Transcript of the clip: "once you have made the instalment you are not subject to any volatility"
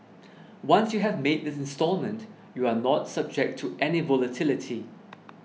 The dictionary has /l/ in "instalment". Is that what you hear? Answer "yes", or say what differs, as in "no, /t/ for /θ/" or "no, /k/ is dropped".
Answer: yes